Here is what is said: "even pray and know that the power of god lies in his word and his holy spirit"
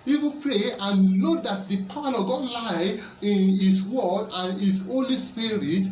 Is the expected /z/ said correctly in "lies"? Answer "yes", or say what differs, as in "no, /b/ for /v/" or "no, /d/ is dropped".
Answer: no, /z/ is dropped